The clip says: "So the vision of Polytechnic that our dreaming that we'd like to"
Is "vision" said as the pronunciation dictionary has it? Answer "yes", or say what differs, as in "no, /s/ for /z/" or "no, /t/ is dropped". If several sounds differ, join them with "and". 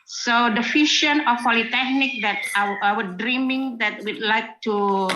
no, /f/ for /v/ and /ʃ/ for /ʒ/